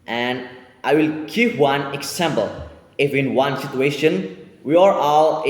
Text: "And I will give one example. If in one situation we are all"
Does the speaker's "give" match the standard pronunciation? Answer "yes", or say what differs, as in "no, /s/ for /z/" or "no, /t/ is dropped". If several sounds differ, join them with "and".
no, /p/ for /v/